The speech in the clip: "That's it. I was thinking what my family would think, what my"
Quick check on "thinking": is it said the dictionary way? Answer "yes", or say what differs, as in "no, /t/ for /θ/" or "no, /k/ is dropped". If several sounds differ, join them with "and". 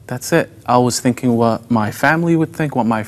yes